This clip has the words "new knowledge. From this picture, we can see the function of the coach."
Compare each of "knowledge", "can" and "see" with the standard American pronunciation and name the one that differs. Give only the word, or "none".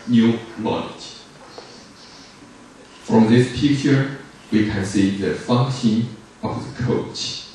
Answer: knowledge